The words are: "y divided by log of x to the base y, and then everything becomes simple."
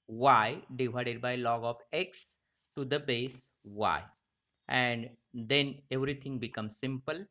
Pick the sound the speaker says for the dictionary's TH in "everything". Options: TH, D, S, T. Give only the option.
T